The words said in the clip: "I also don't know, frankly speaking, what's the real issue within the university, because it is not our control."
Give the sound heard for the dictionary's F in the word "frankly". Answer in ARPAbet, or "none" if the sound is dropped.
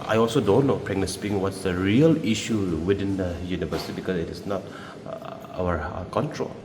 P